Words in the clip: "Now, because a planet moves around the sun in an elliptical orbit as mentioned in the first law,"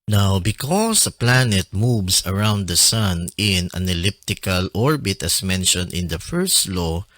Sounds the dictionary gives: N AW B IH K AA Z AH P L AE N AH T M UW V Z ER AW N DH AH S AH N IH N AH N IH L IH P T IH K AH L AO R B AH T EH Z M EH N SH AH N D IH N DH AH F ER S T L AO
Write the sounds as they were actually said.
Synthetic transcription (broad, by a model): N AW B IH K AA S AH P L AE N AH T M UW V S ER AW N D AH S AH N IH N AH N IH L IH P T IH K AH L AO R B AH T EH S M EH N SH AH N D IH N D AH F ER S T L AO